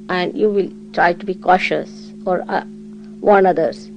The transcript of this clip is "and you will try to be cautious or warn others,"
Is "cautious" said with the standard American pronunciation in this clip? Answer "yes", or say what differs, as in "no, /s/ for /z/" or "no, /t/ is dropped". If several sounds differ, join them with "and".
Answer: yes